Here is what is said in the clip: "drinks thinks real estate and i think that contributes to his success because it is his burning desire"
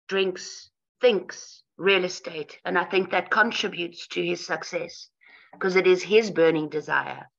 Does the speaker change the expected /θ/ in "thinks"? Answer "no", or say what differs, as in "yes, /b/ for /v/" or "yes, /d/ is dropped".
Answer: no